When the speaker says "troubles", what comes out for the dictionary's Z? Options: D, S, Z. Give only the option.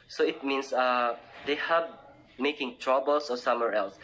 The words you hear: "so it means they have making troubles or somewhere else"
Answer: S